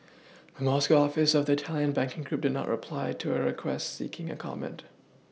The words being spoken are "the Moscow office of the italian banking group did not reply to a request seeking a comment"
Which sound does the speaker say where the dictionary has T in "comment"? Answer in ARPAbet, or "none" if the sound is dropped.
T